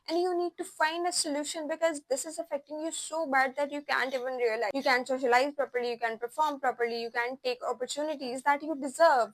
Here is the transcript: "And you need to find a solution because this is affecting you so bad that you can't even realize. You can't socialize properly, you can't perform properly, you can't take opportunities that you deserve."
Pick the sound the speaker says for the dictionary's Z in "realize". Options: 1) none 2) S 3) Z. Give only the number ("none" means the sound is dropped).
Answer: 1